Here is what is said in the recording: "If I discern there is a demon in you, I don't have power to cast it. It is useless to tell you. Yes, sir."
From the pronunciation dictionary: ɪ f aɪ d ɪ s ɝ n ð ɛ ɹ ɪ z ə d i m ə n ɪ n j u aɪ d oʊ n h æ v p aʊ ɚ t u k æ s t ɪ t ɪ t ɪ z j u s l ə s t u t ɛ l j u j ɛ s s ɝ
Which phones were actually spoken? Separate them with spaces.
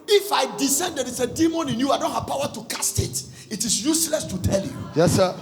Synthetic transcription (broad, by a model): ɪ f aɪ d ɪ s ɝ n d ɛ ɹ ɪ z ə d i m ə n ɪ n j u aɪ d oʊ n h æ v p aʊ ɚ t u k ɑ s t ɪ t ɪ t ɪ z j u s l ə s t u t ɛ l j u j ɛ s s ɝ